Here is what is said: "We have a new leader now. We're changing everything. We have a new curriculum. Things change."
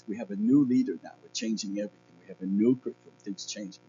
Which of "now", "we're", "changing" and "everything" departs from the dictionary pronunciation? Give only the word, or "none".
none